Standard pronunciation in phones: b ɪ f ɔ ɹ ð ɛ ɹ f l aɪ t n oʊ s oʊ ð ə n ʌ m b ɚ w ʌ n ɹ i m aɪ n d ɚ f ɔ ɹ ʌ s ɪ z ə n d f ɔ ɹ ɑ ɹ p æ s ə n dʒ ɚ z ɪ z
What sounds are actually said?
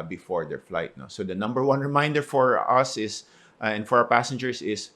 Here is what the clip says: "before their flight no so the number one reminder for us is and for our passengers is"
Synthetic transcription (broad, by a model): b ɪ f ɔ ɹ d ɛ ɹ f l aɪ t n oʊ s oʊ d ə n ʌ m b ɚ w ʌ n ɹ i m aɪ n d ɚ f ɔ ɹ ʌ s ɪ s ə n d f ɔ ɹ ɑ w p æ s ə n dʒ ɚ s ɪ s